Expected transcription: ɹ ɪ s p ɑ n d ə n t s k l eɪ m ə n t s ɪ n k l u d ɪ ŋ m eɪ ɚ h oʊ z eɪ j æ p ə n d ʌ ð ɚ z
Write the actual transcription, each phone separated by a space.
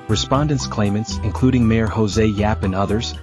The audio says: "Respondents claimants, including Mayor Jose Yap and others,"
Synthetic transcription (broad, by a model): ɹ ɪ s p ɑ n d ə n t s k l eɪ m ə n t s ɪ n k l u d ɪ ŋ m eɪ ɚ h oʊ z eɪ j æ p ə n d ʌ ð ɚ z